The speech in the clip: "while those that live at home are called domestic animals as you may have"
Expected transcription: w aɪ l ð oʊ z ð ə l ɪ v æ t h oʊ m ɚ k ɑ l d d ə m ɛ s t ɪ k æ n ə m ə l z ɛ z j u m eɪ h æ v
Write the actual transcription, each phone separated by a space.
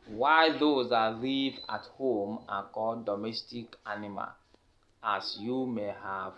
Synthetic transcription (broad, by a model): w aɪ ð oʊ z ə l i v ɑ t h oʊ m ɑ k ɑ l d d ə m ɛ s t ɪ k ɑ n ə m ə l ɑ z j u m eɪ h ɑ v